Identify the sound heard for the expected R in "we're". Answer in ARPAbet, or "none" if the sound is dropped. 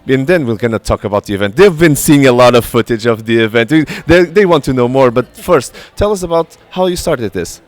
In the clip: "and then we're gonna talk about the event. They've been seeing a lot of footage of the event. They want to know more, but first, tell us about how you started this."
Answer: L